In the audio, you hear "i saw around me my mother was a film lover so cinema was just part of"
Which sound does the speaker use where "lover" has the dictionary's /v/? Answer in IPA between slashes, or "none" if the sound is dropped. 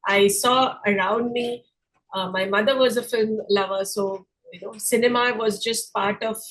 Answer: /v/